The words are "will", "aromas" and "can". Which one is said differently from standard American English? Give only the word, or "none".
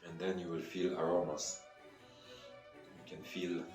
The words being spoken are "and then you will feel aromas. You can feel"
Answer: aromas